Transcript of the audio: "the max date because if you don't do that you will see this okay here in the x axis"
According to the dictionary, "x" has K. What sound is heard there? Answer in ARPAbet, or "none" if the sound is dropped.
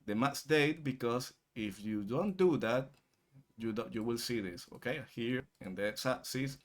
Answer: none